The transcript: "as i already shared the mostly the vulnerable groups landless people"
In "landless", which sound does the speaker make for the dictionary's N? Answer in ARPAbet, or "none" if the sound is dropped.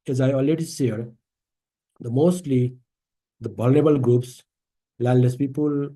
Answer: L